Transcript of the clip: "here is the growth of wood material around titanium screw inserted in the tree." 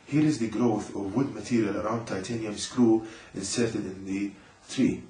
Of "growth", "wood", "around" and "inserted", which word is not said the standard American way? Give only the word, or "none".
none